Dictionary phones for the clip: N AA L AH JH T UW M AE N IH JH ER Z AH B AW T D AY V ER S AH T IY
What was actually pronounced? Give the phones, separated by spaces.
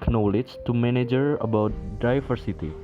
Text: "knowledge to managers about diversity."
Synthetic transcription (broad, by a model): N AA L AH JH T UW M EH N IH JH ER AH B AW T D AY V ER S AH T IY